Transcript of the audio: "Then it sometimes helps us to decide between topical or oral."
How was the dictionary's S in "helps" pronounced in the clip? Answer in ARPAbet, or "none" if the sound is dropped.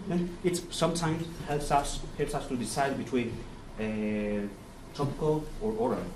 S